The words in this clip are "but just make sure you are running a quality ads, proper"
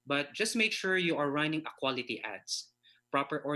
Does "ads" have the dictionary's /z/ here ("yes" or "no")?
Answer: no